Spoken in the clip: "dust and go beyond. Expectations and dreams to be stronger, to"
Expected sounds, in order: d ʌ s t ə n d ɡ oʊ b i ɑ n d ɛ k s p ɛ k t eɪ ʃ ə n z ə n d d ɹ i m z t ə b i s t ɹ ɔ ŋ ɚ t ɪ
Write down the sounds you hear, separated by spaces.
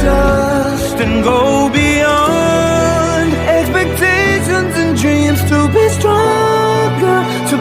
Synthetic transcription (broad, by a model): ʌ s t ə n ɡ oʊ b i ɑ n d ɛ k s p ɛ k t eɪ ʃ ə n z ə n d d ɹ i m z t ə b i s t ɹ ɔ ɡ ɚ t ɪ